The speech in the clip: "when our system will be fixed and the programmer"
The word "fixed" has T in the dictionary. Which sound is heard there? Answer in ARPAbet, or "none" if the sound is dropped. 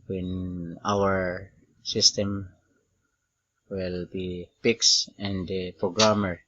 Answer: none